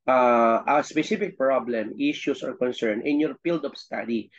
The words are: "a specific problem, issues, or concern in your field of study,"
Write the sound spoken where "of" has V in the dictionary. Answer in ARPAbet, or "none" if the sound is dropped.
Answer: P